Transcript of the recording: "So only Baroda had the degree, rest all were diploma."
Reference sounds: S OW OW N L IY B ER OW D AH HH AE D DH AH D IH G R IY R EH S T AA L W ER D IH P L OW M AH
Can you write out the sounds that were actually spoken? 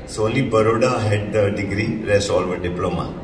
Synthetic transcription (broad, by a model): S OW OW L IY B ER OW D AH HH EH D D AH D IH G R IY R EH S AA L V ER D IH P L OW M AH